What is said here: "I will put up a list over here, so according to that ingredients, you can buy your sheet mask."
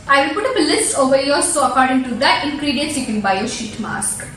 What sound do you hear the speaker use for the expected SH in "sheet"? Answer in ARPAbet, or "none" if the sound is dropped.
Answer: SH